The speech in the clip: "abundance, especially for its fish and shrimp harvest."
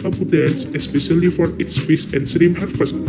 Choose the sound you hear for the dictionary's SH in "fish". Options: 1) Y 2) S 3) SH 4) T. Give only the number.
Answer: 2